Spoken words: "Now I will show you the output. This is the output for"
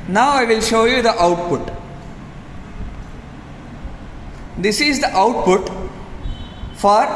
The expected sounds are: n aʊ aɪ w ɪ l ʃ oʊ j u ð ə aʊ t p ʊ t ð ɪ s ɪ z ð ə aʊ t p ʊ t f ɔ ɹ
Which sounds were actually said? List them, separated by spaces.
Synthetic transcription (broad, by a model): n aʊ aɪ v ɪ l ʃ oʊ j u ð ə aʊ t p ʊ t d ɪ s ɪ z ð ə aʊ t p ʊ t f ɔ ɹ